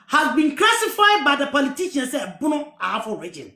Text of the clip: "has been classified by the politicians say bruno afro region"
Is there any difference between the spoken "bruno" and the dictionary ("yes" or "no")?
yes